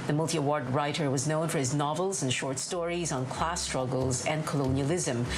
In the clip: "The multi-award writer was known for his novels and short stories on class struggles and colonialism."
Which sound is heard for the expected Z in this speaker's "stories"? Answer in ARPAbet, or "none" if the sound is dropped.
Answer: Z